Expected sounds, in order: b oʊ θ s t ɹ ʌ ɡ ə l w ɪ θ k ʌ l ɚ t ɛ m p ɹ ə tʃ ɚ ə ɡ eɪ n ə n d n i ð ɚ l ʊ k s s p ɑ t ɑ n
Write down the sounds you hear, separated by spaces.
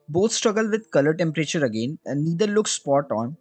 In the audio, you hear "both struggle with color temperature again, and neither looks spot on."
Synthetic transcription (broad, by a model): b oʊ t s t ɹ ʌ ɡ ə l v ɪ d k ʌ l ɚ t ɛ m p ɹ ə tʃ ɚ ə ɡ eɪ n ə d ɚ l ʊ k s s p ɑ t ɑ n